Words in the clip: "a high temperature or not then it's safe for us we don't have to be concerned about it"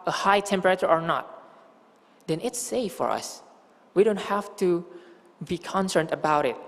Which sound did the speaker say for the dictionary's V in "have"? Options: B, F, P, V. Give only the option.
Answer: F